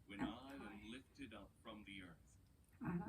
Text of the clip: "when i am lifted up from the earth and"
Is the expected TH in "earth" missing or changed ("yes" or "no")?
no